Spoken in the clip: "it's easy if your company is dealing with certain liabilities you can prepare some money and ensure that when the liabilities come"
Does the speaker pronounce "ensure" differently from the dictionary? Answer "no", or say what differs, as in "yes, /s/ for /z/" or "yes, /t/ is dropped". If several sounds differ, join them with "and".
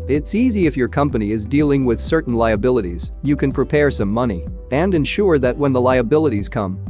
no